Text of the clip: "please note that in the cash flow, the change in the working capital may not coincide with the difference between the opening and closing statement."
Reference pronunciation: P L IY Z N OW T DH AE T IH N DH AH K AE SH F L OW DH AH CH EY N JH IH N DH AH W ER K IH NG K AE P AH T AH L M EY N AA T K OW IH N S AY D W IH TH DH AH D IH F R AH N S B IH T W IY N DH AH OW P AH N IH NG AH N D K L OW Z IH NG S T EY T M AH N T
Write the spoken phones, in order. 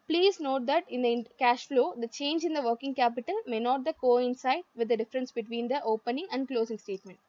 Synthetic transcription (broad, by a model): P L IY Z N OW T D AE T IH N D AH K AE SH F L OW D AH CH EY N JH IH N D AH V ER K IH NG K AE P AH T AH L M EY N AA T K OW IH N S AY D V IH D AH D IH F R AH N S B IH T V IY N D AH OW P AH N IH NG AH N D K L OW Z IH NG S T EY T M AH N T